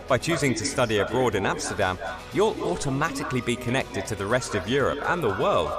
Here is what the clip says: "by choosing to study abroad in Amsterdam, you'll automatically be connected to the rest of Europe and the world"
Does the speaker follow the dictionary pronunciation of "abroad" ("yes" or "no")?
yes